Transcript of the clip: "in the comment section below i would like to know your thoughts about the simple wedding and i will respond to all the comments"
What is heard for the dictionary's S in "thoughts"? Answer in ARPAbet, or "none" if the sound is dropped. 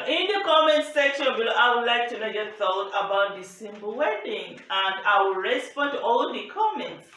none